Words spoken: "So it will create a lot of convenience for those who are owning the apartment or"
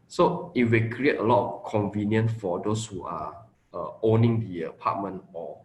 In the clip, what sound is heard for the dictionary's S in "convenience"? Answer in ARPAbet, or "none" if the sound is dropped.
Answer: none